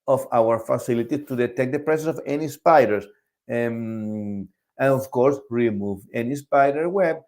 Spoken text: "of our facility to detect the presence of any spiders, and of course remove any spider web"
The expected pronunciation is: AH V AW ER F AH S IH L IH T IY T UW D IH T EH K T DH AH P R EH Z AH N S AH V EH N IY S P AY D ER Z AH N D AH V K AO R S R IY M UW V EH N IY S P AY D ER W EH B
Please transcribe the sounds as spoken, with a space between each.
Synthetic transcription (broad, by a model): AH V AW ER F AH S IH L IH T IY T UW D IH T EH K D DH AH P R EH S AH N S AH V EH N IY S P AY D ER S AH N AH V K AO R S R IY M UW V EH N IY S P AY D ER W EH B